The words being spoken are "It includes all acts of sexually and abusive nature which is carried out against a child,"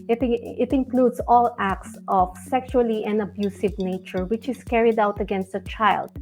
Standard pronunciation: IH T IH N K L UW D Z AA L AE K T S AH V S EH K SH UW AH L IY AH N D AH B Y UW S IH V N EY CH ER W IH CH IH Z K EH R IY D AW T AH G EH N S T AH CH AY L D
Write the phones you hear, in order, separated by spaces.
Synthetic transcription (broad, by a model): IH T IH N K L UW D S AA L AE K T S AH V S EH K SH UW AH L IY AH N AH B Y UW S IH V N EY CH ER W IH CH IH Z K EH R IY D AW T AH G EH N S T AH CH AY L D